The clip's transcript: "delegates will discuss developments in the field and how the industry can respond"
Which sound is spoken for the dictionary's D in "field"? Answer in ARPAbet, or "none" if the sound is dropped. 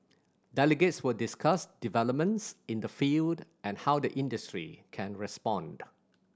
D